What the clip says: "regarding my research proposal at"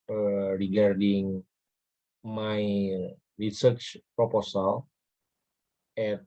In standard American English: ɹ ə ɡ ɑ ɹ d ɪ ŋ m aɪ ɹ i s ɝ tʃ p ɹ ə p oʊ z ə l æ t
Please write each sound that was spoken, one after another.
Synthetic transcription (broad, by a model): ɹ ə ɡ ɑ ɹ d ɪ ŋ m aɪ ɹ i s ɝ tʃ p ɹ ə p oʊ s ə l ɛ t